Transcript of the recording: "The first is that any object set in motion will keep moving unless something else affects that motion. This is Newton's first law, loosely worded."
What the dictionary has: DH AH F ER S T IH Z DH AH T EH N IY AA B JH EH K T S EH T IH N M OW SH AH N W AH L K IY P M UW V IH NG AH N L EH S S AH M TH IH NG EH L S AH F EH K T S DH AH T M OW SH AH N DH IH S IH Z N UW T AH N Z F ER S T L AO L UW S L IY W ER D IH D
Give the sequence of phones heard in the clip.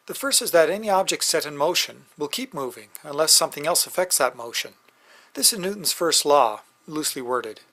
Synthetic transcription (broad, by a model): DH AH F ER S T IH Z DH AH T EH N IY AA B JH EH K T S EH T IH N M OW SH AH N W AH L K IY P M UW V IH NG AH N L EH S S AH M TH IH NG EH L S AH F EH K T S DH AH T M OW SH AH N DH IH S IH Z N UW T N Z F ER S T L AO L UW S L IY W ER D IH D